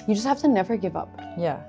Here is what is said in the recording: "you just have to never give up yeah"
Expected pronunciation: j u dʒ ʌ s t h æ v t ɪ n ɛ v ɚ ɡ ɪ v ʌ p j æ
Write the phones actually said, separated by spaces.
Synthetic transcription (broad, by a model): j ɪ dʒ ʌ s t h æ f t ɪ n ɛ v ɚ ɡ ɪ v ʌ p j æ